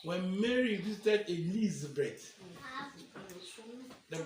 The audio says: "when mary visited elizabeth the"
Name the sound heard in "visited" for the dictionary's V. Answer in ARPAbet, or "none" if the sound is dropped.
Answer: B